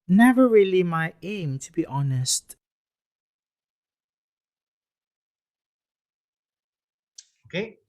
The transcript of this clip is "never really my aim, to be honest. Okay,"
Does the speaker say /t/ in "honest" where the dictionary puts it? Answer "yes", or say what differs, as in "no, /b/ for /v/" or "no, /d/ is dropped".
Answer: yes